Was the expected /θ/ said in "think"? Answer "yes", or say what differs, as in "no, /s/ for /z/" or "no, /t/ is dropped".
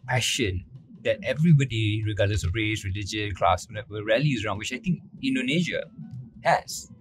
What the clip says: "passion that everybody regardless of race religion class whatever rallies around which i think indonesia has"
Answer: no, /t/ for /θ/